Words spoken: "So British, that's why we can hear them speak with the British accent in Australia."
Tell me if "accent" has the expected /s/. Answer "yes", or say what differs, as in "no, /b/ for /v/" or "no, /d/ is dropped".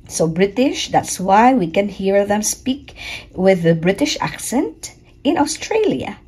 yes